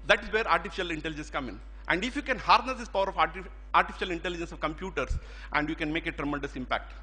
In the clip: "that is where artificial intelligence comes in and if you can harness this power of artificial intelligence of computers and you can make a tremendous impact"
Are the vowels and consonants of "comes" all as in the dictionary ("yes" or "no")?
no